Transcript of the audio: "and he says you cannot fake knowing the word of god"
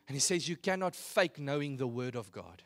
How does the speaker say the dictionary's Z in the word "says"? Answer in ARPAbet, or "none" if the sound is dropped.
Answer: Z